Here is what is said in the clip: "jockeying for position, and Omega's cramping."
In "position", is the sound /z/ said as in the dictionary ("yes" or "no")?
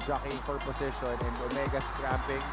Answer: no